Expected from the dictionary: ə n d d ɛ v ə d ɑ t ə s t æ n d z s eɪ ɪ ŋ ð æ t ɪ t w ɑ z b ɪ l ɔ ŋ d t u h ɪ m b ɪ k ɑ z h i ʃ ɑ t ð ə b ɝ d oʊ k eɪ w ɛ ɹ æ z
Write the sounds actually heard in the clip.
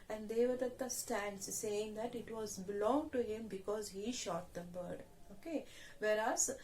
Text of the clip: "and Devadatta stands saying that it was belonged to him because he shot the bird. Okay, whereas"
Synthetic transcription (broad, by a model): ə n d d ɛ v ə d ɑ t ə s t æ n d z s eɪ ɪ ŋ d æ t ɪ t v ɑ z b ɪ l ɔ ŋ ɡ t u h ɪ m b ɪ k ɑ z h i ʃ ɑ t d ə b ɝ d oʊ k eɪ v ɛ ɹ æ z